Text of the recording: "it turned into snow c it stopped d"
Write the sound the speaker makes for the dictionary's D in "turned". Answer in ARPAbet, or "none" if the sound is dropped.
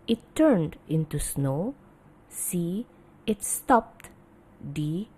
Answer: D